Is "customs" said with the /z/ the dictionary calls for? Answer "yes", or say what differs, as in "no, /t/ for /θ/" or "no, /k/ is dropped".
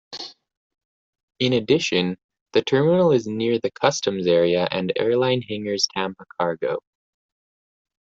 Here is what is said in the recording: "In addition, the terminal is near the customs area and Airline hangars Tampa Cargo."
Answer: yes